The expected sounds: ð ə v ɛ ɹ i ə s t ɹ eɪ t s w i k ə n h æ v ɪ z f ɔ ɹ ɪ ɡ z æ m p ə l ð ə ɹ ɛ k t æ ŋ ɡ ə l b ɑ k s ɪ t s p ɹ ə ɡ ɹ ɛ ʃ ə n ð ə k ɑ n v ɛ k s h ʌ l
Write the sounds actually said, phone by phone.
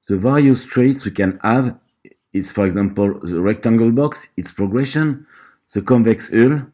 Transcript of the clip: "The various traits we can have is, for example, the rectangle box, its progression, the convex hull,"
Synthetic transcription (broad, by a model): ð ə v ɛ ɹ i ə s t ɹ eɪ t s w i k ə n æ v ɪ s f ɔ ɹ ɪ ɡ z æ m p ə l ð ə ɹ ɛ k t æ ŋ ɡ ə l b ɑ k s ɪ t s p ɹ ə ɡ ɹ ɛ ʃ ə n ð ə k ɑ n v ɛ k s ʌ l